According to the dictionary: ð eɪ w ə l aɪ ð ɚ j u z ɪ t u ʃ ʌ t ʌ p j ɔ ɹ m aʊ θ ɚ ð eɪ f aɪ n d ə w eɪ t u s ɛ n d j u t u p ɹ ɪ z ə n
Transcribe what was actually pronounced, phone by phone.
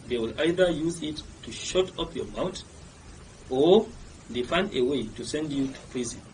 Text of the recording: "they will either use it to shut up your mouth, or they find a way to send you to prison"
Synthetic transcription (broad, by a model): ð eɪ w ə l aɪ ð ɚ j u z ɪ t u ʃ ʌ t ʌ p j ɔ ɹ m aʊ t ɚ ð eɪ f aɪ n d ə w eɪ t u s ɛ n d j u t u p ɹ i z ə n